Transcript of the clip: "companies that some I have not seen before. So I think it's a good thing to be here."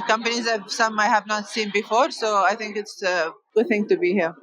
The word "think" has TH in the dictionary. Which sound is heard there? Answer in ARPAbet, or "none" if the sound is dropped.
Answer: T